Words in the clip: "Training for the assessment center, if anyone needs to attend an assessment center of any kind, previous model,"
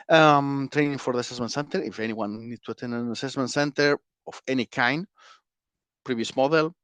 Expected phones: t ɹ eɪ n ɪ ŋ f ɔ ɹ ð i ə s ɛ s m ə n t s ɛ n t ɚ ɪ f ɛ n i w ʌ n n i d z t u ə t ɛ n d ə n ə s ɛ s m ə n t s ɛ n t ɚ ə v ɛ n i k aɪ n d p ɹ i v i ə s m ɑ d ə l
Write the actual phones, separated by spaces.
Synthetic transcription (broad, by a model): t ɹ eɪ n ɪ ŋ f ɔ ɹ ð i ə s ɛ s m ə n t s ɛ n t ɚ ɪ f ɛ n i w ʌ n n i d t u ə t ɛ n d ə n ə s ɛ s m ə n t s ɛ n t ɚ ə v ɛ n i k aɪ n d p ɹ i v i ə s m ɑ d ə l